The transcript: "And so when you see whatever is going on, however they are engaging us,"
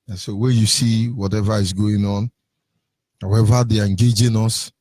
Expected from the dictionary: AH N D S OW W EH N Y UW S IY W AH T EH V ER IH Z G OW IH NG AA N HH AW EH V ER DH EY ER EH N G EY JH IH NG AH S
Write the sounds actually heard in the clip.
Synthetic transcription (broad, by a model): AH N S OW W EH N Y UW S IY W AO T EH V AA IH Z G OW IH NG AA N HH AW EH V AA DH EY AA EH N G EY JH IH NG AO S